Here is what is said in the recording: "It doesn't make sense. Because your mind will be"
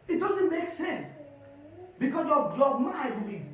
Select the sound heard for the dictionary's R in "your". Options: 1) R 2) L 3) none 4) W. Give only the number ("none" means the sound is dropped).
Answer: 2